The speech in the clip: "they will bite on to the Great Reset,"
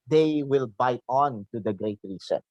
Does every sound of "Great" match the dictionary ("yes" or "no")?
yes